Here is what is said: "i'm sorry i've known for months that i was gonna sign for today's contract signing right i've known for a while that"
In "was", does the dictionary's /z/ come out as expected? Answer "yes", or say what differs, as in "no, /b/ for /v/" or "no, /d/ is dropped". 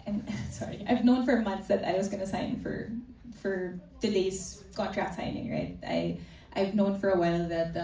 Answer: yes